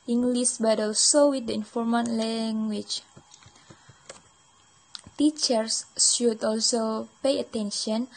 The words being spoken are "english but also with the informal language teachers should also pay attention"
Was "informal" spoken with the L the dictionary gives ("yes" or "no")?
no